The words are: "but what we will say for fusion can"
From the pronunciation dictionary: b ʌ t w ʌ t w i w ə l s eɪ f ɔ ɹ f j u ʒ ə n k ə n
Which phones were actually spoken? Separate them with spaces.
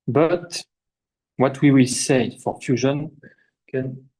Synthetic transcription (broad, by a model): b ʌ t w ʌ t w i w ə l s eɪ f ɔ ɹ f j u ʒ ə n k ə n